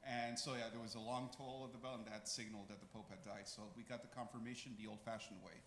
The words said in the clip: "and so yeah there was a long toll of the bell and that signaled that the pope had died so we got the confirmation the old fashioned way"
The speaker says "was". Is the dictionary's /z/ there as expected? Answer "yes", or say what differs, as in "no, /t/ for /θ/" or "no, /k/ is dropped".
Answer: yes